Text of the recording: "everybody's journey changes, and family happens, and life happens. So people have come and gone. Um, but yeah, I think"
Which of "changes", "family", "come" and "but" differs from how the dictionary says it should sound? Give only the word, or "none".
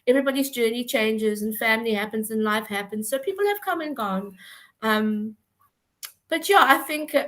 none